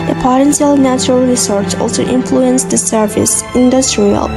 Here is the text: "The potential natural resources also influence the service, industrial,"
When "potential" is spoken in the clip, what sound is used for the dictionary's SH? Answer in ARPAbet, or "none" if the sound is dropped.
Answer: S